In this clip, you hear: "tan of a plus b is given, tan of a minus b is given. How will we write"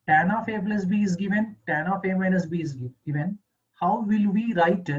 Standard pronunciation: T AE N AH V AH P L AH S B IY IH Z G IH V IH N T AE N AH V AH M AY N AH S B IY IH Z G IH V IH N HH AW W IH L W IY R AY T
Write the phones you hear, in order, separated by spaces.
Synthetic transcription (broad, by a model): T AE N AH F AH B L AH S B IY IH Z G IH V IH N T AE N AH F AH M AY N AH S B IY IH G IH V IH N HH AW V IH L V IY R AY T